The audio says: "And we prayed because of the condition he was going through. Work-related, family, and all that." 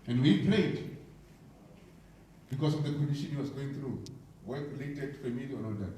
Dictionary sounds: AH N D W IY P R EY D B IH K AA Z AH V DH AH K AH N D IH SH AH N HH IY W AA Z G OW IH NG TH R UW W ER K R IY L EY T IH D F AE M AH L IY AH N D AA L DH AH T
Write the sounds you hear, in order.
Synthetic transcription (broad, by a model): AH N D W IY P L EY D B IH K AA S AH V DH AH K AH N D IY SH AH N HH IY W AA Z G OW IH NG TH R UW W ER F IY L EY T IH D F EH M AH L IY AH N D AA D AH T